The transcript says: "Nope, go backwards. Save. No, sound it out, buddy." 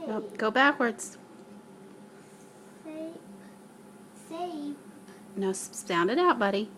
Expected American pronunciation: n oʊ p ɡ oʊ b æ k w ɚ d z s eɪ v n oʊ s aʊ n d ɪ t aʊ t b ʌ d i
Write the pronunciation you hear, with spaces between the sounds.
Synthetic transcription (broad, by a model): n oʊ ɡ oʊ b æ k w ɚ d z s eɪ n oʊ s aʊ n d ɪ t aʊ t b ʌ d i